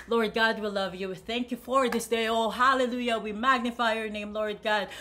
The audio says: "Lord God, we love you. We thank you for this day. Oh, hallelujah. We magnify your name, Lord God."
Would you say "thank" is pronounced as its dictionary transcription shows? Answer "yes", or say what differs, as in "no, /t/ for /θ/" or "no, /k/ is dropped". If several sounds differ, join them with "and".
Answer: yes